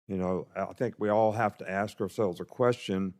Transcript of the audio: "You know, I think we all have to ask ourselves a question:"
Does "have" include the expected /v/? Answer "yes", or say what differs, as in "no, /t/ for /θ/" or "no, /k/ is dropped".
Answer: no, /f/ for /v/